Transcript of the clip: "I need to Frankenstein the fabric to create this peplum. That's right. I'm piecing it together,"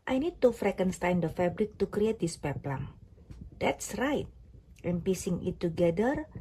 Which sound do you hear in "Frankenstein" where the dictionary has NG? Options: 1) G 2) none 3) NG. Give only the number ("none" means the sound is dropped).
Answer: 2